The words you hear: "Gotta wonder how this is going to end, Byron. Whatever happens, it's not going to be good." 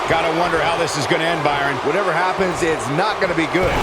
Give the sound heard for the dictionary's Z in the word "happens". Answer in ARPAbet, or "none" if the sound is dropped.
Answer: Z